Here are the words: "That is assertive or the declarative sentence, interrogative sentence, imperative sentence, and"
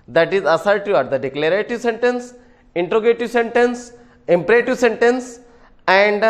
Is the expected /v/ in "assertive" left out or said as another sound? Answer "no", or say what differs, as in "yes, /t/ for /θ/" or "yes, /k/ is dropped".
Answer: yes, /v/ is dropped